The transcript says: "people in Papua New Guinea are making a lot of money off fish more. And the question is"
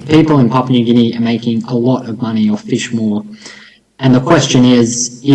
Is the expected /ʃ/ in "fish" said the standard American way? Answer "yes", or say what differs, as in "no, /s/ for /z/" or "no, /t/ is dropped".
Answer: yes